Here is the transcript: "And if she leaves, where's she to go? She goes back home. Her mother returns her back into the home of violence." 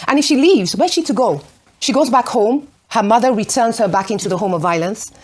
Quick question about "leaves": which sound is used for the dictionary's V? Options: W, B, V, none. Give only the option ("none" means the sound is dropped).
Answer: V